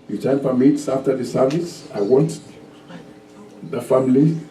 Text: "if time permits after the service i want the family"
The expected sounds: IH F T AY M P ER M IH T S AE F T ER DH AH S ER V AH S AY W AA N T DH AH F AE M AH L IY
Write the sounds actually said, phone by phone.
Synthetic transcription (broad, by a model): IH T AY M F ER M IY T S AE F T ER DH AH S ER V AH S AY W AA N T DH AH F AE M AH L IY